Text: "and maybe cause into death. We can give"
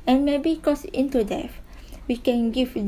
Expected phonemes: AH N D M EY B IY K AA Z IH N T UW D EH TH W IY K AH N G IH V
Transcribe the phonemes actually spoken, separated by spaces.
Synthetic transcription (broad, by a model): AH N M EY B IY K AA S IH N T UW D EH F W IY K AH N G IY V